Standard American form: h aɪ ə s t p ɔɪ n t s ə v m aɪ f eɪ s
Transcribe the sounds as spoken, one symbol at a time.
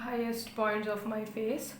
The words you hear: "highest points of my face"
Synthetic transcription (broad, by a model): h aɪ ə s t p ɔɪ n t ə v m aɪ f eɪ s